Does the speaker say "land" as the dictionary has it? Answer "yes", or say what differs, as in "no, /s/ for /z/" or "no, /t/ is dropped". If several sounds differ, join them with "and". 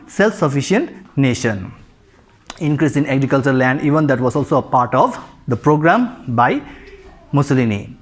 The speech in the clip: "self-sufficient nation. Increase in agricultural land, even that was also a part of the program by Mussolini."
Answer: yes